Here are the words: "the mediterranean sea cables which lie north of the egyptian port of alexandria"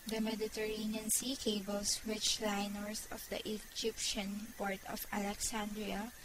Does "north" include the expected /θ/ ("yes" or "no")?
no